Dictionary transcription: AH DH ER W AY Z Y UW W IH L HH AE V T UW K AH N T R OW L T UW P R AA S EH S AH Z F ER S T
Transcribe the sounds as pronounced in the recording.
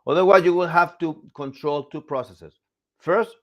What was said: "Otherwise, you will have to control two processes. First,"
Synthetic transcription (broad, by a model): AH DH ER W AY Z Y UW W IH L HH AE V T UW K AH N T R OW L T UW P R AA S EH S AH S F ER S T